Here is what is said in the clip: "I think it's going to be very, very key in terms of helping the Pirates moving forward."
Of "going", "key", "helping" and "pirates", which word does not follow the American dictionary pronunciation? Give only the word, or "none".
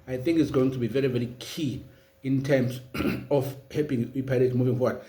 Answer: pirates